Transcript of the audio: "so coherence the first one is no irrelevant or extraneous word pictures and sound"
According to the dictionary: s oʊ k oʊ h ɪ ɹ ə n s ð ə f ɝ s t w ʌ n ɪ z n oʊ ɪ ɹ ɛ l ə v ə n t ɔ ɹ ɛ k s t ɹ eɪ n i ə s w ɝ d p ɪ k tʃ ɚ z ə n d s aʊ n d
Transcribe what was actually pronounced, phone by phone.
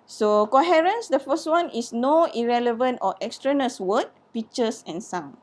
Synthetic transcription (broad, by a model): s oʊ k oʊ h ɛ ɹ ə n s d ə f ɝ s t w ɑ n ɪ s n oʊ ɪ ɹ ɛ l ə v ə n t ɔ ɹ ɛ k s t ɹ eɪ n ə s w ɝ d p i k tʃ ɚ s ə n s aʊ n